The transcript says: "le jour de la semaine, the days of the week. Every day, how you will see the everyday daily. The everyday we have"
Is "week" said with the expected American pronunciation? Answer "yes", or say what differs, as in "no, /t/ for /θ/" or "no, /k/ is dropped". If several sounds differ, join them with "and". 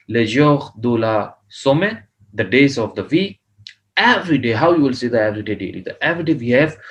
no, /k/ is dropped